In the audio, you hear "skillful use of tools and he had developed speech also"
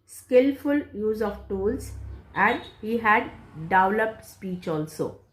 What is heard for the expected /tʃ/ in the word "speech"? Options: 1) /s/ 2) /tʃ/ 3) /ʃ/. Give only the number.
2